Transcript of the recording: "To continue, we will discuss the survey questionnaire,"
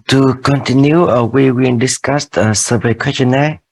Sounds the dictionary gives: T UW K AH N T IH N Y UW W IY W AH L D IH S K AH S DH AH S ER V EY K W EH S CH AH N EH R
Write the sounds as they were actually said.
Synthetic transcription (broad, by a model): T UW K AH N T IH N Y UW W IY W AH N D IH S K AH S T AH S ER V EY K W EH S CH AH N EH